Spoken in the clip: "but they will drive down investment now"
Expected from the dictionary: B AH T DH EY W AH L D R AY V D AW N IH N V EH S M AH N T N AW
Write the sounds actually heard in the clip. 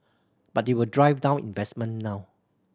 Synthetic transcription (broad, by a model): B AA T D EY W AH L D R AY V D AW N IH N V EH S M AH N N AW